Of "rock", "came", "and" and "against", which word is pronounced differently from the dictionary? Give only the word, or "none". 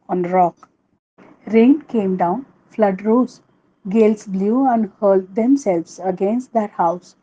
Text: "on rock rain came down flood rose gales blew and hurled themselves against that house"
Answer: none